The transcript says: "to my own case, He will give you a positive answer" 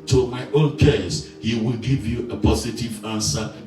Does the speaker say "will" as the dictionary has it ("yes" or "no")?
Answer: yes